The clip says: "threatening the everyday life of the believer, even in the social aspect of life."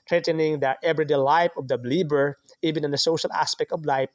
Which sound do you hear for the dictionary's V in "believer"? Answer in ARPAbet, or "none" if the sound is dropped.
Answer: B